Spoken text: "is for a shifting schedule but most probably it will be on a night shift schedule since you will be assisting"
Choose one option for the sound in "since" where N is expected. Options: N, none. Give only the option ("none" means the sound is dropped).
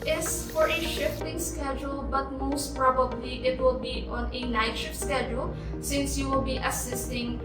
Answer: N